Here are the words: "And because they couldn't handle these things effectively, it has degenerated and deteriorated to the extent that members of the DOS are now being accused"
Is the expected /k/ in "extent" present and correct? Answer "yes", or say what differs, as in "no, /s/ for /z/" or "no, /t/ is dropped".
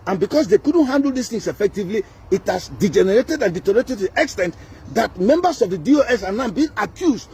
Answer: yes